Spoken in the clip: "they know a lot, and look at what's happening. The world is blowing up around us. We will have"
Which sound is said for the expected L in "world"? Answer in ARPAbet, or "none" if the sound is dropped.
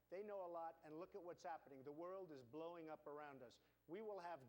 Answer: L